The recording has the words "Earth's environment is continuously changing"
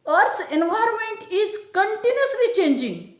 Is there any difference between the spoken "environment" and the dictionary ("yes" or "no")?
no